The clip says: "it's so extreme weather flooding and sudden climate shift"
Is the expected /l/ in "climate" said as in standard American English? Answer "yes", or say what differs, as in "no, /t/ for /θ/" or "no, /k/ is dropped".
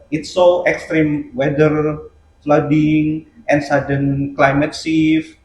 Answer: yes